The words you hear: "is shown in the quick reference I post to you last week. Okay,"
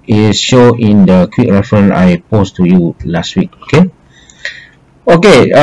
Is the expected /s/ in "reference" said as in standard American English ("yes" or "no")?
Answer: no